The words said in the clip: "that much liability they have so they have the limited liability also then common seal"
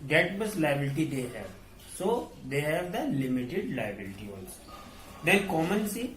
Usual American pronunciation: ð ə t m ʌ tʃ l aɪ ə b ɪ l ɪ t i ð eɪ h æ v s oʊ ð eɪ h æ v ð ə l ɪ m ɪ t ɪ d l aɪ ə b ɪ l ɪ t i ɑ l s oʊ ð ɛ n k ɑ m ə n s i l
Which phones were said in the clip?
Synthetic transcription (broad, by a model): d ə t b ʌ s l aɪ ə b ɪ l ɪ t i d eɪ h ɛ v s oʊ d eɪ h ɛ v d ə l ɪ m ɪ t ɪ d l aɪ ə b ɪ l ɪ t i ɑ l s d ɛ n k ɑ m ə n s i